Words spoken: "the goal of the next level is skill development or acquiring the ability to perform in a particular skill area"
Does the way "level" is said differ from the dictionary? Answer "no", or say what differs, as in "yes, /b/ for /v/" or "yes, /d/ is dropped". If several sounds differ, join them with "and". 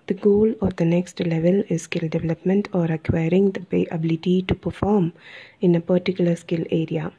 no